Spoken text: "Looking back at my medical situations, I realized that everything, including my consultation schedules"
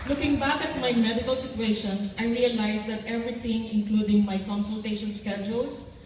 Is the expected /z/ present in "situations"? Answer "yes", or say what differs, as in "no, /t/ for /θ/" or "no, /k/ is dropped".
no, /s/ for /z/